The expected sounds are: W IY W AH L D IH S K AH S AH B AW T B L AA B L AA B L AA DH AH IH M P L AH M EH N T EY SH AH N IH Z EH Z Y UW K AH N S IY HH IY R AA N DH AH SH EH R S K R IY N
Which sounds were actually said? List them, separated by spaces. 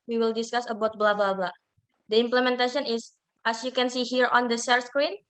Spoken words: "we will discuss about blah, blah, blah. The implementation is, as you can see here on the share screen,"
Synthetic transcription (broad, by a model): W IY W AH L D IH S K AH S AH B AW T B L AA B L AA B L AA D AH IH M P L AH M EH N T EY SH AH N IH S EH S Y UW K AH N S IY HH IY R AA N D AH S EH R S K R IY N